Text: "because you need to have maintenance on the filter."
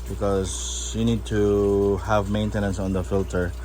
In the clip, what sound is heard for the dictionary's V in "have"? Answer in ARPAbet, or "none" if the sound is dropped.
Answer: V